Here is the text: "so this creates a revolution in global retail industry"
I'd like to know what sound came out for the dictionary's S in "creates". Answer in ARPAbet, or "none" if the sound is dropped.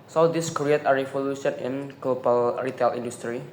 none